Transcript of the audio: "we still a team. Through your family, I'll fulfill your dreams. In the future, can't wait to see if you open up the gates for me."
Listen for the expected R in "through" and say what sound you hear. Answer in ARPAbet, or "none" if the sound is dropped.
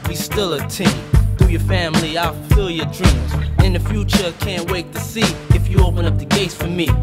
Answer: none